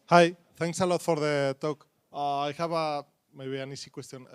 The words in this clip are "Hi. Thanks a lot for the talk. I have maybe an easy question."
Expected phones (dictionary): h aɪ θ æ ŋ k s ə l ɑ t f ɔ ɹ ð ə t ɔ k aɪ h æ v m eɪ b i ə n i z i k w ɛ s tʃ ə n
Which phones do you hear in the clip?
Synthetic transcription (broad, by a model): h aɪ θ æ ŋ k s ə l ɑ t f ɔ ɹ ð ə t ɔ k aɪ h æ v m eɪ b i ə n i s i k w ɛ s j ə n